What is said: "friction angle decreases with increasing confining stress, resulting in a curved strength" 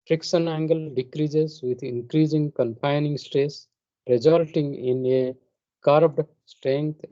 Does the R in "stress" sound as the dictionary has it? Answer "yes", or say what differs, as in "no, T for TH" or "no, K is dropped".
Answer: no, R is dropped